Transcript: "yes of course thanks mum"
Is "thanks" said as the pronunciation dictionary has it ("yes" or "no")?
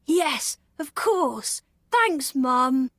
yes